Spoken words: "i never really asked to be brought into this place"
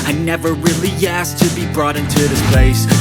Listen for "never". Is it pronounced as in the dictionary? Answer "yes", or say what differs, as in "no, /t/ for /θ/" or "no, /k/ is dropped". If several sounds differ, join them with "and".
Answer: yes